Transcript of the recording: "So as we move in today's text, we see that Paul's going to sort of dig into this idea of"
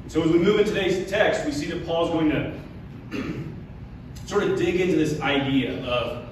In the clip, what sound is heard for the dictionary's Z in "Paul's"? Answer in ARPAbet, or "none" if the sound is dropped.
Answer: Z